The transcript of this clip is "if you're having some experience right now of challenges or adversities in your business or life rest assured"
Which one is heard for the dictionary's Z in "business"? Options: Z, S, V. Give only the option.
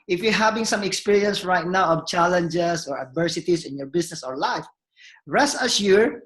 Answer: S